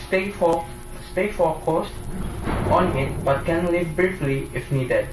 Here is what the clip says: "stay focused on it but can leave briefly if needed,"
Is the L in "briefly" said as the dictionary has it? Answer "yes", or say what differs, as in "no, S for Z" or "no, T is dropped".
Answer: yes